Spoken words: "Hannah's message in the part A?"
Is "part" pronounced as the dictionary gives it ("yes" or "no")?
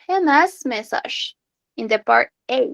yes